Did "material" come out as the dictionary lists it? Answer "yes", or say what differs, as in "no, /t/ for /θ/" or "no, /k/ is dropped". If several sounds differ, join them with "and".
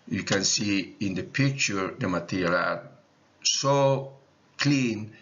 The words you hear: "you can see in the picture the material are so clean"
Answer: no, /l/ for /ɹ/